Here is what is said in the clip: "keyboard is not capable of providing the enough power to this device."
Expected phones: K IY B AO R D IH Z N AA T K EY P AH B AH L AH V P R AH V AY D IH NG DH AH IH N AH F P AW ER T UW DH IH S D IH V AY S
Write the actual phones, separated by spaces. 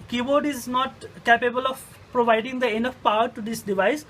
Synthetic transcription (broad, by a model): K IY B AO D IH Z N AA T K EY P AH B AH L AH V P R AH V AY D IH NG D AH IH N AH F P AW ER T UW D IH S D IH V AY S